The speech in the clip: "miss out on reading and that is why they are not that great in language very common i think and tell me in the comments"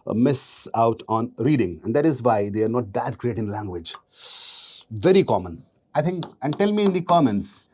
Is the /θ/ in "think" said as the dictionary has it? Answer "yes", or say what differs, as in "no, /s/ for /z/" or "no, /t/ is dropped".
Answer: no, /t/ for /θ/